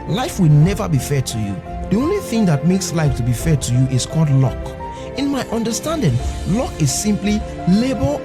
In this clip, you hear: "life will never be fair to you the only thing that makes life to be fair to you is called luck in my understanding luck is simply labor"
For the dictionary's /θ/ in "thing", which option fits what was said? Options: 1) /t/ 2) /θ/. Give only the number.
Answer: 2